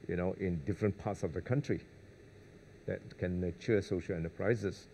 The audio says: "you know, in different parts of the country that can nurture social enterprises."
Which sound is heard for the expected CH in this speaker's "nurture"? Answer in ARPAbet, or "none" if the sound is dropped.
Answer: none